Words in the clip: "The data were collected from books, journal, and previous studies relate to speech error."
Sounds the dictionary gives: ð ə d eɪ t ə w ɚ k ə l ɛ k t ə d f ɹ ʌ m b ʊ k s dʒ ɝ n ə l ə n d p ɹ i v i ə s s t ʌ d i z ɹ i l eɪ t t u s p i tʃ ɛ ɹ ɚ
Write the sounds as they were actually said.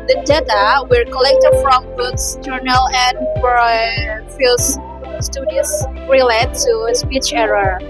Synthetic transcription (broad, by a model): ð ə d eɪ t ə w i k ə l ɛ k t ə d f ɹ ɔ m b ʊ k s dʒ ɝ n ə l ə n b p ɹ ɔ f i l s s t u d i s ɹ i l eɪ t t u s p i tʃ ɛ ɹ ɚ